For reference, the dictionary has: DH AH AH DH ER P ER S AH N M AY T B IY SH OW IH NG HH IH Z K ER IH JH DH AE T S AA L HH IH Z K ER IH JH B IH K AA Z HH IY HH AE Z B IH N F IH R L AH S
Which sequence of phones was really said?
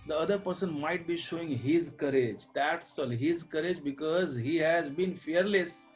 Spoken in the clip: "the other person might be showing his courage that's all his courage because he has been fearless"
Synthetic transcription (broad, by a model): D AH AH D ER P ER S AH N M AY T B IY SH OW IH NG HH IH Z K ER IH JH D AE T S AA L HH IH Z K ER IH JH B IH K AA Z HH IY HH AE Z B IH N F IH R L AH S